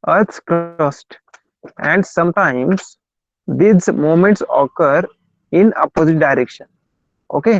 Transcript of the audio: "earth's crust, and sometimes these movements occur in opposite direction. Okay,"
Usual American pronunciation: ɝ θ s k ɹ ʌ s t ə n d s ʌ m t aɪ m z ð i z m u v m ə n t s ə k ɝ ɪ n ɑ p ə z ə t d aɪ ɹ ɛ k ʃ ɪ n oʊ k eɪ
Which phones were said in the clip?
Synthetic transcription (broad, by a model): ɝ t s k ɹ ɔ s t ə n d s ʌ m t aɪ m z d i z m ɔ m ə n t s ə k ɝ ɪ n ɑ p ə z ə t d aɪ ɹ ɛ k ʃ ɪ n oʊ k eɪ